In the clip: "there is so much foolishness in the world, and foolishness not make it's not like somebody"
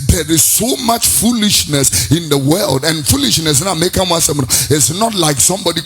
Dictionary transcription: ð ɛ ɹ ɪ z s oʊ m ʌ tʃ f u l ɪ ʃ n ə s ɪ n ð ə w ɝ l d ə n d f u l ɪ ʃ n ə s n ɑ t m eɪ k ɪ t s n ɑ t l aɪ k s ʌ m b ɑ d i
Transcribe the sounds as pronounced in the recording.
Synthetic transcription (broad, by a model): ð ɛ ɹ ɪ z s oʊ m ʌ tʃ f u l ɪ ʃ n ə s ɪ n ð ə w ɝ l d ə n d f u l ɪ ʃ n ə s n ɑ m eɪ k ɪ t s n ɑ t l aɪ k s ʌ m b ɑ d i